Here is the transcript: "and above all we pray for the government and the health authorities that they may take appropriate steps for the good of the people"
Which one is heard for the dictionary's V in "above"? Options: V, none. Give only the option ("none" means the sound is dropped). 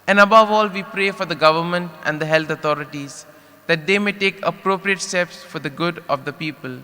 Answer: V